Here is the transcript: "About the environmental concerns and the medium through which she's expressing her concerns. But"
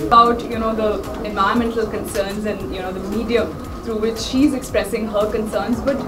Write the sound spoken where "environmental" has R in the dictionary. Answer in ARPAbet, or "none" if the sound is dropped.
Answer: none